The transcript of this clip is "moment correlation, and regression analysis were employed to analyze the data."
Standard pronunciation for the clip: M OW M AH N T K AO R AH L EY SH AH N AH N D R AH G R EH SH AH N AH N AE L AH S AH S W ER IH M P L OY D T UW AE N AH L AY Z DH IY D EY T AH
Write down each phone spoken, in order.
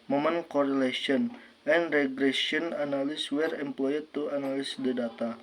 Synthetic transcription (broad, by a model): M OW M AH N K AO R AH L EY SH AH N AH N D R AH G R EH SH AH AH N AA N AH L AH S W ER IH M P L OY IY T UW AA N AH L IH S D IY D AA T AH